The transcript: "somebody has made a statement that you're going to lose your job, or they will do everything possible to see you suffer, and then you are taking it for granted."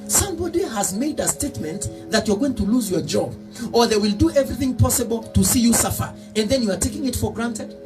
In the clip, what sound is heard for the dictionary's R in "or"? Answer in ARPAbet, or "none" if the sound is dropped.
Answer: R